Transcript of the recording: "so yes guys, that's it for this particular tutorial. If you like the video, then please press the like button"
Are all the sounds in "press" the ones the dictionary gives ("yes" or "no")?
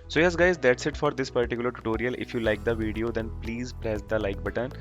yes